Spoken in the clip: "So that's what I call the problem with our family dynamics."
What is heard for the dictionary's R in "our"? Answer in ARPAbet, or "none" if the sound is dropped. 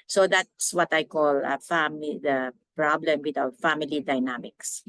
W